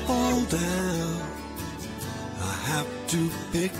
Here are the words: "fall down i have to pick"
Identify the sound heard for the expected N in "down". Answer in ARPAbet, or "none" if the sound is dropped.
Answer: none